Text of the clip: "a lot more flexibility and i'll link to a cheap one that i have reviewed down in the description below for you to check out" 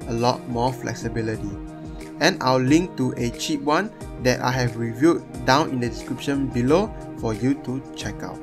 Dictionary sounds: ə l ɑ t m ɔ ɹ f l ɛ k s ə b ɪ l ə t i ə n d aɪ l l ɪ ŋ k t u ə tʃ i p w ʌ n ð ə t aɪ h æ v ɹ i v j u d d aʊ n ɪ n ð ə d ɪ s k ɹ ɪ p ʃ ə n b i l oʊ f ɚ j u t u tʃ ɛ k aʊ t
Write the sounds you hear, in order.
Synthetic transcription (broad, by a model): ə l ɑ t m ɔ f l ɛ k s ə b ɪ l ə t i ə n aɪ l l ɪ ŋ k t u ə tʃ i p w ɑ n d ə t aɪ h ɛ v ɹ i v j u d d aʊ n ɪ n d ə d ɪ s k ɹ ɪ p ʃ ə n b i l oʊ f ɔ j u t u tʃ ɛ k aʊ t